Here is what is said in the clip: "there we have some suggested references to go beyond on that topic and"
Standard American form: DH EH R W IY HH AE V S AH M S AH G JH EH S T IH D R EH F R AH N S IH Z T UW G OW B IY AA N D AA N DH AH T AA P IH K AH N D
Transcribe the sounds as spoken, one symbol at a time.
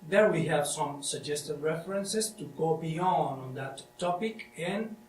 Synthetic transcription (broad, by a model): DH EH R W IY HH AE V S AH M S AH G JH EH S T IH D R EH F R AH N S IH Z T UW G OW B IY AA N D AA N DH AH T AA P IH K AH N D